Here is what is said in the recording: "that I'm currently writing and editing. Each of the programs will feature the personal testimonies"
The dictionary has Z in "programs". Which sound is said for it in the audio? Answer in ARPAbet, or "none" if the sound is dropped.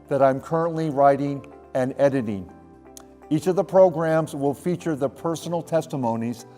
Z